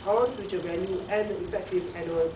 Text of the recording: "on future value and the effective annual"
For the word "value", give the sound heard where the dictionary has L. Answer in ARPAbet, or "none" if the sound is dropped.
N